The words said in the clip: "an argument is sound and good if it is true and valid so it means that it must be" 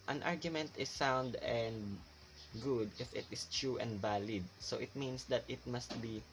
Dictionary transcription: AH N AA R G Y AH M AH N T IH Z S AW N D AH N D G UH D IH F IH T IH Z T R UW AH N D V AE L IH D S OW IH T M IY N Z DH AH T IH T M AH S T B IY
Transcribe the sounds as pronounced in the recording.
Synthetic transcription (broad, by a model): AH N AA R G Y AH M AH N T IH S AW N D AH N D G UH D IH F IH T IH S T R UW AH N D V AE L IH D S OW IH T M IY N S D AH T IH T M AH S T B IY